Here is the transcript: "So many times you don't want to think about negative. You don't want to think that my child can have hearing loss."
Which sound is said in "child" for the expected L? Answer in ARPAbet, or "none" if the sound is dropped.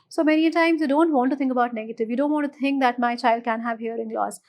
L